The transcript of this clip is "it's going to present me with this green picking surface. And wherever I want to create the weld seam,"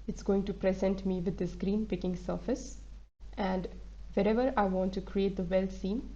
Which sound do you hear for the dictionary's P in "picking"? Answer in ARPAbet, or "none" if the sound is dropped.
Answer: P